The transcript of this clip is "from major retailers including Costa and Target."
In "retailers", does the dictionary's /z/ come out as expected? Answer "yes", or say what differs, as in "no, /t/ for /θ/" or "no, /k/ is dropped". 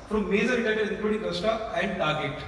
no, /z/ is dropped